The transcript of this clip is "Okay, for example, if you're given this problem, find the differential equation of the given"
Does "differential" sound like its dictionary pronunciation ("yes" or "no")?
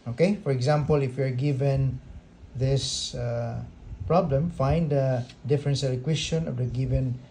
no